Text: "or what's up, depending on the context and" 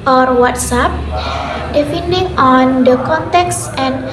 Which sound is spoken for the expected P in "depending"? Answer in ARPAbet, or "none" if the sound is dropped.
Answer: F